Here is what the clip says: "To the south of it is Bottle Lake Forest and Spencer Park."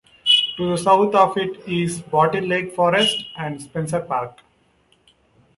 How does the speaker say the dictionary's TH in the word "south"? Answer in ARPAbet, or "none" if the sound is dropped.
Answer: T